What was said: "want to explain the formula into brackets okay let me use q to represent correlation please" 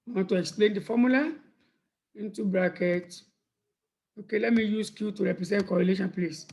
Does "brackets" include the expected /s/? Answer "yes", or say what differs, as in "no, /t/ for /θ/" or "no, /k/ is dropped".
no, /s/ is dropped